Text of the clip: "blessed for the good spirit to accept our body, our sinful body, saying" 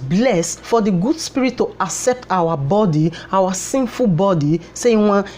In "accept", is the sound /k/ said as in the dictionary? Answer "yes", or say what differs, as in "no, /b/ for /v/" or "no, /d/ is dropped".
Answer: yes